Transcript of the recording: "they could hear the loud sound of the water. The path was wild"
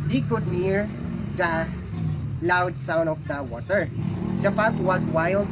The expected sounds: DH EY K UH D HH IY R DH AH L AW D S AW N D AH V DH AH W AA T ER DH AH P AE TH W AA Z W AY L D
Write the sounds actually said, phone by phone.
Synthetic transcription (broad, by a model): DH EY K UH D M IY R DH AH L AW D S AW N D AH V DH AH W AA T ER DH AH F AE T W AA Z W AY L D